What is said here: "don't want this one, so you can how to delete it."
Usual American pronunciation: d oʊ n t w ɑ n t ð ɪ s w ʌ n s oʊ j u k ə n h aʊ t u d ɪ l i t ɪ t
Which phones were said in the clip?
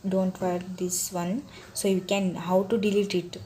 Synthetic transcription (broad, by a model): d oʊ n t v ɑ t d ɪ s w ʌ n s oʊ j u k ə n h aʊ t u d ɪ l i t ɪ t